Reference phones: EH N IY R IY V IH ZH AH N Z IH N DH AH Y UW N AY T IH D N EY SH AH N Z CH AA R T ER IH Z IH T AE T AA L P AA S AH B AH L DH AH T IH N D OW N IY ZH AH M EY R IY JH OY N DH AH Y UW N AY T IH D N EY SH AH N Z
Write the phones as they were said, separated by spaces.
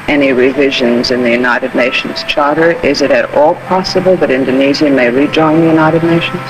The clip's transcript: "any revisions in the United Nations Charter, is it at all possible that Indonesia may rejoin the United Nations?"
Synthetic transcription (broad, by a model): EH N IY R IY V IH ZH AH N Z IH N DH AH Y UW N AY T IH D N EY SH N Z CH AA R T ER IH Z IH T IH T AA L P AA S AH B AH L DH AH T IH N D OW N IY Z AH M EY R IY JH OY N DH AH Y UW N AY T IH D N EY SH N